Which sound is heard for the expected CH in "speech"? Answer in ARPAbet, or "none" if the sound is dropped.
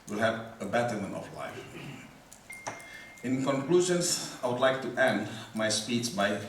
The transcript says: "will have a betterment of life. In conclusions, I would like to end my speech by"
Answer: S